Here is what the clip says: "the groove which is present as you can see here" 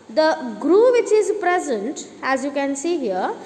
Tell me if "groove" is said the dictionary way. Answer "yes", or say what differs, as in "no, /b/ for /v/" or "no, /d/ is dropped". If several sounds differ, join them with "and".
yes